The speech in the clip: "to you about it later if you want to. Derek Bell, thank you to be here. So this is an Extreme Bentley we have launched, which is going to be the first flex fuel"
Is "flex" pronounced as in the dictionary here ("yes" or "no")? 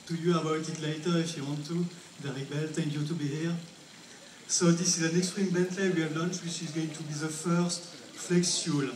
yes